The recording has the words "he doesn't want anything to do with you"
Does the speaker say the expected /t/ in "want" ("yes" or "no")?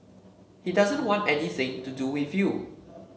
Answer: yes